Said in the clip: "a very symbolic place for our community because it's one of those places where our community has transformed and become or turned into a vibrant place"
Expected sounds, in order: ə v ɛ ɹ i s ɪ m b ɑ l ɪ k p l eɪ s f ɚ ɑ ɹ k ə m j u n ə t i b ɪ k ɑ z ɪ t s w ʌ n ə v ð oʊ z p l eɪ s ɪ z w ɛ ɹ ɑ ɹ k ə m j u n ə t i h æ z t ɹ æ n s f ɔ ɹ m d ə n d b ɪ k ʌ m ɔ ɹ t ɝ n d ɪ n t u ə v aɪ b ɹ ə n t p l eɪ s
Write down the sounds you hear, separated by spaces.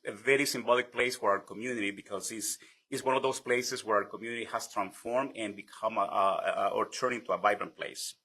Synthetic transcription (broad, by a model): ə v ɛ ɹ i s ɪ m b ɑ l ɪ k p l eɪ s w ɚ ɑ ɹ k ə m j u n ə t i b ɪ k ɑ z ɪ s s w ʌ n ə v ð oʊ s p l eɪ s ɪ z w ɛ ɹ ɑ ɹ k ə m j u n ə t i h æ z t ɹ æ n s f ɔ ɹ m d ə n b ɪ k ʌ m ɔ ɹ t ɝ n ɪ n t u ə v aɪ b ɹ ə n p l eɪ s